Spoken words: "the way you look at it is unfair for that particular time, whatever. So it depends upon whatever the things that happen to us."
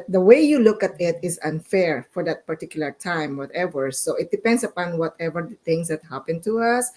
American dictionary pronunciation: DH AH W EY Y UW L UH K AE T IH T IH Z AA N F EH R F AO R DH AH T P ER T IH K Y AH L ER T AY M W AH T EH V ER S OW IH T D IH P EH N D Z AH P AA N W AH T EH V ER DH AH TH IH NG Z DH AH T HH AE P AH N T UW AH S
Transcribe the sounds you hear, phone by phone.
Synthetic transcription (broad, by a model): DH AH W EY Y UW L UH K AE T IH T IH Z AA N F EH R F AO R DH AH T P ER T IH K Y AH L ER T AY M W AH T EH V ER S OW IH T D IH P EH N D S AH P AA N W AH T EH V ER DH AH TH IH NG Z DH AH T HH AE P AH N T UW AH S